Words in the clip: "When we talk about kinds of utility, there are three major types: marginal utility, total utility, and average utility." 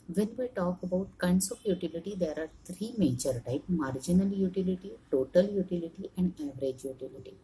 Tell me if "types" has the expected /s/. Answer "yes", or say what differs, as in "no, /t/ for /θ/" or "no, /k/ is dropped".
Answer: no, /s/ is dropped